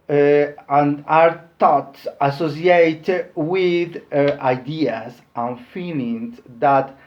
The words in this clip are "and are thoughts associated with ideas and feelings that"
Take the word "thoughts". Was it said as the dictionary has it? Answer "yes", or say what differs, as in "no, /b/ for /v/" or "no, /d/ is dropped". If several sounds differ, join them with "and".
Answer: no, /t/ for /θ/